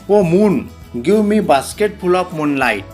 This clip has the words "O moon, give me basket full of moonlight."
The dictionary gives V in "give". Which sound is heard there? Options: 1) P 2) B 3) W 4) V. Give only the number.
3